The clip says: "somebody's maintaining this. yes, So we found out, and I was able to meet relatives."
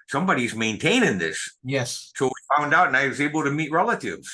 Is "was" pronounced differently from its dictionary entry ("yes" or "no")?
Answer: no